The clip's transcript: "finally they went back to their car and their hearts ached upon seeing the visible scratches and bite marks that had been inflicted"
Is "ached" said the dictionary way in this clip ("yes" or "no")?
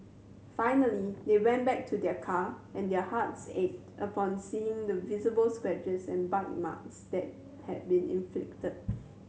no